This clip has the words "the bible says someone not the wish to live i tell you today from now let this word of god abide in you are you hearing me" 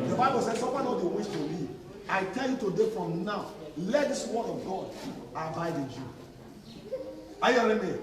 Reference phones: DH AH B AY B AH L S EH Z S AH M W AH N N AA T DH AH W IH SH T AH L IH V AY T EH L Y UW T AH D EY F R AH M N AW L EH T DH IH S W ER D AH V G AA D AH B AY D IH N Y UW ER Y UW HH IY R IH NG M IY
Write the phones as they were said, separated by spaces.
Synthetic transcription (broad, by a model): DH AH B AY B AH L S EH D S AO W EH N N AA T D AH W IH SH T AH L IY AY T EH L Y UW T AH D EY F R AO M N AW L EH T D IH S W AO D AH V G AA D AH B AY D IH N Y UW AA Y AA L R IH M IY